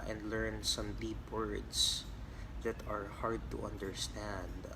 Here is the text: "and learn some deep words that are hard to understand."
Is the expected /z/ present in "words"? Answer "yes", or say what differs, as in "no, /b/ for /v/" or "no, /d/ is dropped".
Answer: no, /s/ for /z/